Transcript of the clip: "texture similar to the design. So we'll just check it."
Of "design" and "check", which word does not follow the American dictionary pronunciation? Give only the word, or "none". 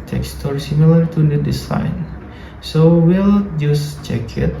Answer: design